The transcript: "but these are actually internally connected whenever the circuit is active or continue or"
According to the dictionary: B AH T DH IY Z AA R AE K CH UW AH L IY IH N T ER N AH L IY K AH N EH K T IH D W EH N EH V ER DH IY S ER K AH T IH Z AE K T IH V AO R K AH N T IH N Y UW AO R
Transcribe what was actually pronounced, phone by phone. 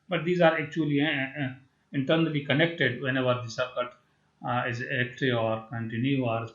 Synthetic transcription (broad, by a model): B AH T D IY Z AA R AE K CH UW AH L IY IH N T ER N AH L IY K AH N EH K T IH D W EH N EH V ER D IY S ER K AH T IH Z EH K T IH AO R K AH N T IH N Y UW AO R